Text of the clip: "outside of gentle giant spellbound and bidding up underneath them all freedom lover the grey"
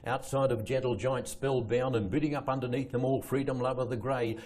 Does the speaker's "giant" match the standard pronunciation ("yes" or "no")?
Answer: yes